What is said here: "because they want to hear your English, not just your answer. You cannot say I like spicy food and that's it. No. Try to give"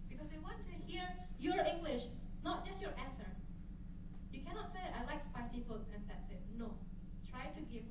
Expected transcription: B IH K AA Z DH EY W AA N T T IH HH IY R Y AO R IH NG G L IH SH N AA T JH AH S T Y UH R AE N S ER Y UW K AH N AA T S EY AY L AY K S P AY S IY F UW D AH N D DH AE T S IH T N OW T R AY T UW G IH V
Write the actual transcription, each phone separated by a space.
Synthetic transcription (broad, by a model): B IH K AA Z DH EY W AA N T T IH HH IY R Y AO R IH NG G L IH SH N AA T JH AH S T Y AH R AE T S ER Y UW K AH N AA T S EY AY L AY K S P AY S IY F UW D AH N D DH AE T S IH T N OW T R AY T UW G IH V